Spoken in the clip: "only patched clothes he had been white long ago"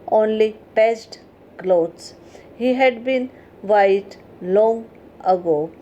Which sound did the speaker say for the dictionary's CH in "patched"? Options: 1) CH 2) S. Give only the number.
2